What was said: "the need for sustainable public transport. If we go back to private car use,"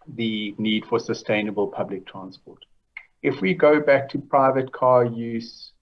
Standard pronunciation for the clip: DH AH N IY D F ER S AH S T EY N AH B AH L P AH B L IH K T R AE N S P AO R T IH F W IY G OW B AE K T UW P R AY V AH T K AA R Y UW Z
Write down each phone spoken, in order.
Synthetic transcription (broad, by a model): DH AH N IY D F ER S AH S T EY N AH B AH L P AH B L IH K T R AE N S P AO T IH F W IY G OW B AE K T UW P R AY V AH T K AA Y UW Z